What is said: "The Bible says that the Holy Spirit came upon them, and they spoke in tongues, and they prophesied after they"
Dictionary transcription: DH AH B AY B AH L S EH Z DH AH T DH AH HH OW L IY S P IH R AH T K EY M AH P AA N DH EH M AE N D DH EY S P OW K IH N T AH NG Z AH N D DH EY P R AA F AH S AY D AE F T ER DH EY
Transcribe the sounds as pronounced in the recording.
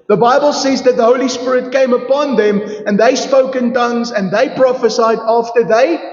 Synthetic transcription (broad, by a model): DH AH B AY B AH L S EH Z DH AH T DH AH HH OW L IY S P IH R AH T K EY M AH P AA N DH EH M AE N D DH EY S P OW K IH N T AH NG Z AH N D DH EY P R AA F AH S AY D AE F T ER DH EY